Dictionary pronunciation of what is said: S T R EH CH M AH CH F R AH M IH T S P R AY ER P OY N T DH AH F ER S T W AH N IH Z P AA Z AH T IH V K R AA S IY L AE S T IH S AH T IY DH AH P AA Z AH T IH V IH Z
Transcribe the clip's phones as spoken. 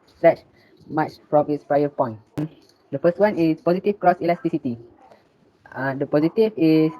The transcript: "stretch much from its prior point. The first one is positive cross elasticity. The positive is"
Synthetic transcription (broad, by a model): S T R EH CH M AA CH F R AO M IH T S P R AY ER P OY N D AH F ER S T W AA N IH S P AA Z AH T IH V K R AA S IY L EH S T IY S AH T IY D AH P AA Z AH T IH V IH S